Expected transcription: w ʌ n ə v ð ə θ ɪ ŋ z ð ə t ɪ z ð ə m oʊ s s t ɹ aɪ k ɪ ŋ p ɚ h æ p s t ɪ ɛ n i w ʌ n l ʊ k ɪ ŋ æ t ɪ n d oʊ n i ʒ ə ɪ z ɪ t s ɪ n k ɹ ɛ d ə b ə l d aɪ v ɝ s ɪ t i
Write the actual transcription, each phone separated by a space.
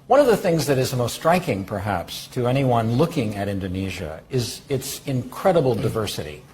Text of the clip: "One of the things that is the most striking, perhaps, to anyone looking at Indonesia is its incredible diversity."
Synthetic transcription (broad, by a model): w ʌ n ə v ð ə θ ɪ ŋ z ð ə t ɪ z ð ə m oʊ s s t ɹ aɪ k ɪ ŋ p ɚ h æ p s t ɪ ɛ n i w ʌ n l ʊ k ɪ ŋ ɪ t ɪ n d oʊ n i ʒ ə ɪ z ɪ t s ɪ n k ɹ ɛ d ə b l d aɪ v ɝ s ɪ t i